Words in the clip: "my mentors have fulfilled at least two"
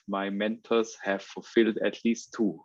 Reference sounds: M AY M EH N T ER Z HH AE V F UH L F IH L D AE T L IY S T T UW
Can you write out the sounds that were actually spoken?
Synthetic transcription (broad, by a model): M AY M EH N T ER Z HH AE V F UH L F IH L D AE T L IY S T T UW